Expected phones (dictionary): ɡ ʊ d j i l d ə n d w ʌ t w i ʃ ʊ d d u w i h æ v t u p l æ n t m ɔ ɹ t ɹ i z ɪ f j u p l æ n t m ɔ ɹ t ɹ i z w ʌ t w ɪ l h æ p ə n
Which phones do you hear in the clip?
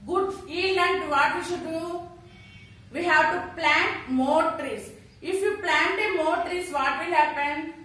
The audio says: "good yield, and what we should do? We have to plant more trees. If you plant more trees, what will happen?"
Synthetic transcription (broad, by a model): ɡ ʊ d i l ə n d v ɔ t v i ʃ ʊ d d u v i h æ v t u p l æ n t m ɔ ɹ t ɹ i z ɪ f j u p l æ n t m ɔ ɹ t ɹ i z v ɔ t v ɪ l h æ p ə n